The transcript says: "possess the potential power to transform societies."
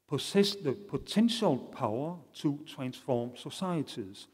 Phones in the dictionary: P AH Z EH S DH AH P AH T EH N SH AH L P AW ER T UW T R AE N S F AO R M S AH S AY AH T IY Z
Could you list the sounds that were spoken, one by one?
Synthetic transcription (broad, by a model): P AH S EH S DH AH P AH S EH N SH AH L P AW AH S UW S R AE N S F AO M S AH S AY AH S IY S